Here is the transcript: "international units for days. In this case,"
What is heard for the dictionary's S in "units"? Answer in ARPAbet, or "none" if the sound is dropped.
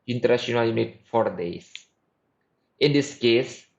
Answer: none